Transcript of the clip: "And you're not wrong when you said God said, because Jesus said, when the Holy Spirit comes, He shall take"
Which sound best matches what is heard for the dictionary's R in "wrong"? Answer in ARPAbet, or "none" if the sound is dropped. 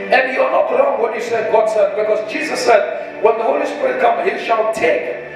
L